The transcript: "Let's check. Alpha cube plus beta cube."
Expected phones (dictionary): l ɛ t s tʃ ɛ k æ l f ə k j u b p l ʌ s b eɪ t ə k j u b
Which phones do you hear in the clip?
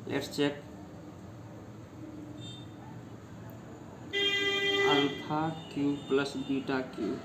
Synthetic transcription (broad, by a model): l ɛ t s tʃ ɛ k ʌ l p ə k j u p l ʌ s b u t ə k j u